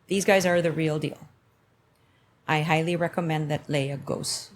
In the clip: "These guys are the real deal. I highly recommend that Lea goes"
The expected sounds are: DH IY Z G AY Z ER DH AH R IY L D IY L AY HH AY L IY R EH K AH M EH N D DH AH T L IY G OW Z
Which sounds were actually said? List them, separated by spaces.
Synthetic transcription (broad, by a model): DH IY Z G AY Z ER DH AH R IY L D IY L AY HH AY L IY R EH K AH M EH N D DH AH T L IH G OW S